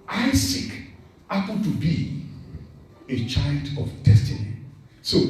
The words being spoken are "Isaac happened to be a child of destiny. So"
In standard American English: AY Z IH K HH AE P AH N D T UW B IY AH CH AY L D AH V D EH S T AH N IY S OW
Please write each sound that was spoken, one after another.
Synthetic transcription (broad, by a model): AY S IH K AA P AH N T UW B IY AH CH AY L D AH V D EH S T AH N IY S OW